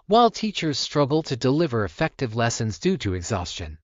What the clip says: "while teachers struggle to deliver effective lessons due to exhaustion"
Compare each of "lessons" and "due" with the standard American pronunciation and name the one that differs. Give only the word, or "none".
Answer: none